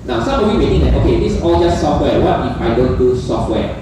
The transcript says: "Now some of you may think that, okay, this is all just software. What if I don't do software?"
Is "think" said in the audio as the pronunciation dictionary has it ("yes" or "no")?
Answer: no